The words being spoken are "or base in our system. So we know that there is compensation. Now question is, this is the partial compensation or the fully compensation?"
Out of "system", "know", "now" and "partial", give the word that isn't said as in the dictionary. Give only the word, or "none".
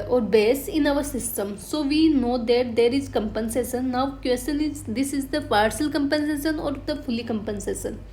partial